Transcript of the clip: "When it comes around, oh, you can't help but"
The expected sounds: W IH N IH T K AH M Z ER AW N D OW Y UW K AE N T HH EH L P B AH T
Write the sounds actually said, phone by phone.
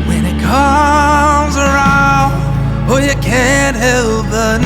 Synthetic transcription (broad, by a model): W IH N IH T K AH M Z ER AW N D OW Y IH K AE N T HH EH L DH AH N